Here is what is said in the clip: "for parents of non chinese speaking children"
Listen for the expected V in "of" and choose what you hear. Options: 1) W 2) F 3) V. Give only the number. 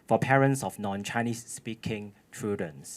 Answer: 2